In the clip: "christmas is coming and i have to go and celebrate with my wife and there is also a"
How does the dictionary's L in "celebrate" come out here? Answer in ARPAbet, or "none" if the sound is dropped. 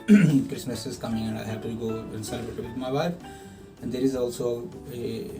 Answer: none